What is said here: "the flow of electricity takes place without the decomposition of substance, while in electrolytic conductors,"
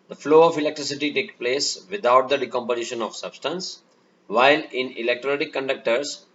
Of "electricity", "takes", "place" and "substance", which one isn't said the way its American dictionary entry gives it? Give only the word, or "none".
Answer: takes